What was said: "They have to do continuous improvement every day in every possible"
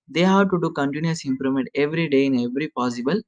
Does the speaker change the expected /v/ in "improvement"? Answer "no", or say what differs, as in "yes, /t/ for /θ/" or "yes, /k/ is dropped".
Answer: yes, /v/ is dropped